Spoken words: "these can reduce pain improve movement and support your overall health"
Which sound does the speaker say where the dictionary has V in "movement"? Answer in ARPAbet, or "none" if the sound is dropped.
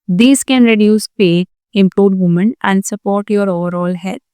none